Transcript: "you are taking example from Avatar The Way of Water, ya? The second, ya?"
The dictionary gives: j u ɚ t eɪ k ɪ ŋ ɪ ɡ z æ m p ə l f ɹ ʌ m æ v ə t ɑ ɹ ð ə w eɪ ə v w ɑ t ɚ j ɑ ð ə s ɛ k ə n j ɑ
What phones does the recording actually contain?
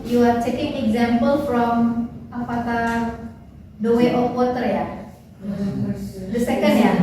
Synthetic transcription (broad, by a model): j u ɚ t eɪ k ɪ ŋ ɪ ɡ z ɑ m p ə l f ɹ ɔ m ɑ p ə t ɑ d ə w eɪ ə f w ɑ t ɚ j ɑ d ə s ɛ k ə n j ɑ